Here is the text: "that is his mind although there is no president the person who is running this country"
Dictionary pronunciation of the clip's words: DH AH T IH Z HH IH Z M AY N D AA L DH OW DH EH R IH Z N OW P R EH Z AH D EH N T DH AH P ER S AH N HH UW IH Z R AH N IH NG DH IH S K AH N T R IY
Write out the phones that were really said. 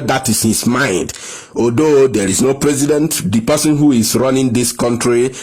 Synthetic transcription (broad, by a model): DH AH T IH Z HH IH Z M AY N D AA L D OW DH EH R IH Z N OW P R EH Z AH D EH N T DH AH P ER S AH N HH UW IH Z R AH N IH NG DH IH S K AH N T R IY